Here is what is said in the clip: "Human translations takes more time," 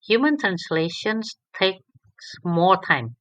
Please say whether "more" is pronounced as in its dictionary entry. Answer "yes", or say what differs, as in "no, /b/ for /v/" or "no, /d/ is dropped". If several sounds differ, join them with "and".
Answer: no, /l/ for /ɹ/